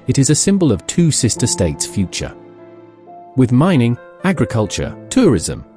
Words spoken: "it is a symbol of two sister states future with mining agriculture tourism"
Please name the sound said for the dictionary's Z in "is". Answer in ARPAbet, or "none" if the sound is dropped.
Z